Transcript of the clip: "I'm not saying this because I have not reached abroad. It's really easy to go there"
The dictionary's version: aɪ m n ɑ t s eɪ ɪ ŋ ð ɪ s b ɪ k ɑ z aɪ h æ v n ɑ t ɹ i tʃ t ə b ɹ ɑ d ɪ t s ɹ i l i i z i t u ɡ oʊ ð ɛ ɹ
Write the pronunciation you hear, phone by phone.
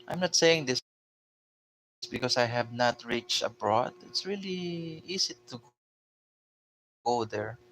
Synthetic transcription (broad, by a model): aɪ m n ɑ t s eɪ ɪ ŋ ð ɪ s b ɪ k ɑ s aɪ h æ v n ɑ t ɹ i tʃ t ə b ɹ ɑ d ɪ t s ɹ i l i i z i t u ɡ oʊ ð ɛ ɹ